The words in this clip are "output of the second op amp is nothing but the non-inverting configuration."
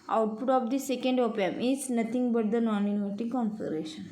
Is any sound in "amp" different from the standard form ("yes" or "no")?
yes